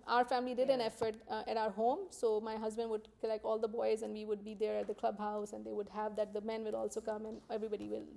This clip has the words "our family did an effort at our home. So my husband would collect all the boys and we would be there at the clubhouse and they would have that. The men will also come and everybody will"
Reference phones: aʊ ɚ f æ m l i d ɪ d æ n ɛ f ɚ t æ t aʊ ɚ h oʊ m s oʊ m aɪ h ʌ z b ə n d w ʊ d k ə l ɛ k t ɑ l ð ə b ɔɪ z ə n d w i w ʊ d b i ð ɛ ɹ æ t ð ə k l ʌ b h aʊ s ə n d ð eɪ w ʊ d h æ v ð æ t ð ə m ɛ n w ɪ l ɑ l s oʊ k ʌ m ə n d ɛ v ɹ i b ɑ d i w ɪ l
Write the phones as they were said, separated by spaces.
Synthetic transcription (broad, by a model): aʊ ɚ f æ m l i d ɪ d æ n ɛ f ɚ t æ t aʊ ɚ h oʊ m s oʊ m aɪ h ʌ z b ə n d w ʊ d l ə ɪ k ɑ l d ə b ɔɪ z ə n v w i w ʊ d b i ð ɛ ɹ æ t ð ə k l ʌ b h aʊ s ə n d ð eɪ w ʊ d h æ v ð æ t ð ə m ɛ n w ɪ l ɑ l s oʊ k ʌ m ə n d ɛ v ɹ i b ɑ d i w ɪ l